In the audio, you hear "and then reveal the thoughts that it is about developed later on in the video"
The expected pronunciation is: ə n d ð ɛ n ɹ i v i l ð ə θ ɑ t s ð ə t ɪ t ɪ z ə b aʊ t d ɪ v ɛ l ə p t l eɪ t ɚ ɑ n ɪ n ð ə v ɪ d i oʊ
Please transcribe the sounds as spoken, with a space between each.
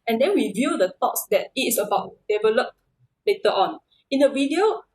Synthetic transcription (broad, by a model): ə n d ɛ n w i v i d ə t ɑ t s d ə t ɪ t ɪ s ə b aʊ t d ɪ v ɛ l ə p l eɪ t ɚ ɑ n ɪ n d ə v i d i oʊ